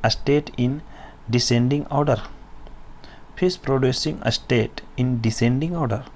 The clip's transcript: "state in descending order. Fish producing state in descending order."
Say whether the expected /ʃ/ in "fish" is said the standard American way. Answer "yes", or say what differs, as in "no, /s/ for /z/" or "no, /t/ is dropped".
no, /s/ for /ʃ/